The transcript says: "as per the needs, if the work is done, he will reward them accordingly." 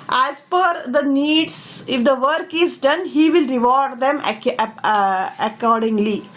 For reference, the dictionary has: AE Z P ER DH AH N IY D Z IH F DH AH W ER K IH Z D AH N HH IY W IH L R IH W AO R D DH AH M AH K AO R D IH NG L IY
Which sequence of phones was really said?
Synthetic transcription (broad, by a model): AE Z F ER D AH N IY D S IH F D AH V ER K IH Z D AH N HH IY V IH L R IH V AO R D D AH M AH K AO R D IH NG L IY